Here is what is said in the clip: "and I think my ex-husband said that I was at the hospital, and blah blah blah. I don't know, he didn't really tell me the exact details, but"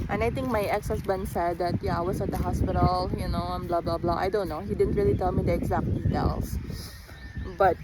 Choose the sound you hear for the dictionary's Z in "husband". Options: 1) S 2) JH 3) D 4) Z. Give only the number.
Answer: 1